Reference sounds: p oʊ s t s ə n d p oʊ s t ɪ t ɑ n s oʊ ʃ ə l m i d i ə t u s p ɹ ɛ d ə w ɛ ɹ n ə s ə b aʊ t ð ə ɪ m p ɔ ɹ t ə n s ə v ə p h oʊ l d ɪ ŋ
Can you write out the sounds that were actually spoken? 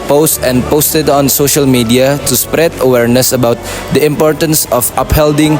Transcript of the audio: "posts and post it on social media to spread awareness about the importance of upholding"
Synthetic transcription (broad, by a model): p oʊ s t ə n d p oʊ s t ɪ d ɑ n s oʊ ʃ ə l m i d i ə t u s p ɹ ɛ d ə w ɛ ɹ n ə s ə b aʊ t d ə ɪ m p ɔ ɹ t ə n s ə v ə p h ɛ l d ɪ ŋ